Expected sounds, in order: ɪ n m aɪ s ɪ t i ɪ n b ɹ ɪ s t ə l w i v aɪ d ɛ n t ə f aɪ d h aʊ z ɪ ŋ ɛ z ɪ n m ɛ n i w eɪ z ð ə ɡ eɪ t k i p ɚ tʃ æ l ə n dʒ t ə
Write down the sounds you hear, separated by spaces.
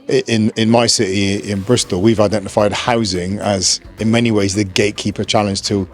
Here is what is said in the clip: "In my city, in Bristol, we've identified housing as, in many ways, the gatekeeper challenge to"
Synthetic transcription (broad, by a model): ɪ n m aɪ s ɪ t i ɪ n b ɹ ɪ s t ə l w i v aɪ d ɛ n t ə f aɪ d h aʊ z ɪ ŋ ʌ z ɪ n m ɛ n i w eɪ z ð ə ɡ eɪ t k i p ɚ tʃ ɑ l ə n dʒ t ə